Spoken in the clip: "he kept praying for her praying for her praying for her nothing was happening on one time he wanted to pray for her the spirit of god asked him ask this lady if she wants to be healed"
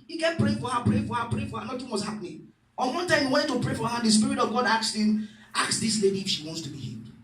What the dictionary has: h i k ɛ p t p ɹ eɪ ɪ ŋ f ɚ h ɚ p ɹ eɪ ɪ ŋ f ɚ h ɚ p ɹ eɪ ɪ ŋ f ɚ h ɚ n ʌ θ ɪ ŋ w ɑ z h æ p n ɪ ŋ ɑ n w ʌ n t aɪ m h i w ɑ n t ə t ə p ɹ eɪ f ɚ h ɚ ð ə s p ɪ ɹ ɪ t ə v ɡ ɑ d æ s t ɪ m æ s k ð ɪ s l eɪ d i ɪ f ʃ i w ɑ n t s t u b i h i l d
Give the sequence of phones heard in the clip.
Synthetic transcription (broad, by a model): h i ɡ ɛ t p ɹ eɪ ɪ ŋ f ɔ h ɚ p ɹ eɪ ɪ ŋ f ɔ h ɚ p ɹ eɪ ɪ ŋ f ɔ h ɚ n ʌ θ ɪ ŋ w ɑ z h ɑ p n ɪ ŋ ɑ n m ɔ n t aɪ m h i w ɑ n t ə p ɹ eɪ f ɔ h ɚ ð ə s p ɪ ɹ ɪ t ə v ɡ ɑ d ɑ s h ɪ m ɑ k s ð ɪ s l eɪ d i f ʃ i w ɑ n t s t u b i h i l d